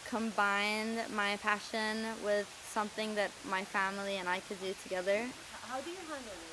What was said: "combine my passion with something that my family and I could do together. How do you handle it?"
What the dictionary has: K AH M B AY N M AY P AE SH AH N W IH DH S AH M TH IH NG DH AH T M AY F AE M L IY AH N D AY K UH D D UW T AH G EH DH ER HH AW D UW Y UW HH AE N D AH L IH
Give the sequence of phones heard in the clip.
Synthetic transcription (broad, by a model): K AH M B AY N M AY P AE SH AH N W IH DH S AH M TH IH NG DH AH T M AY F AE M L IY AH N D AY K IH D D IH T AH G EH DH ER HH AW D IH Y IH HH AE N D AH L